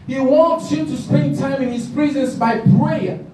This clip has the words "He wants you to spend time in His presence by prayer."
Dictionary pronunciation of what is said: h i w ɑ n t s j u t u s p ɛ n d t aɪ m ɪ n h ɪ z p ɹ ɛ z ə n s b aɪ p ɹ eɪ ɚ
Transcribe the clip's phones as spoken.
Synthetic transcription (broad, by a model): h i w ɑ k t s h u t u s p ɛ n d t aɪ m ɪ n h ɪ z p ɹ ɛ z ə n s b aɪ p ɹ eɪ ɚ